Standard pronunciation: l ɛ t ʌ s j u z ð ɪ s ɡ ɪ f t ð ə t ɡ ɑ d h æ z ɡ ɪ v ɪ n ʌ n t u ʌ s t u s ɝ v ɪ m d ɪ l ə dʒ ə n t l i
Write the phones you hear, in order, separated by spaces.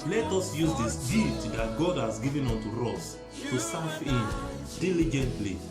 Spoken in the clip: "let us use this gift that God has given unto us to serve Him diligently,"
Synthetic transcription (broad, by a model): l ɛ t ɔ s j u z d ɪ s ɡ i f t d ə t ɡ ɑ d h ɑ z ɡ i v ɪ n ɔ n t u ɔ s t u s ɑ f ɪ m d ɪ l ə dʒ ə n t l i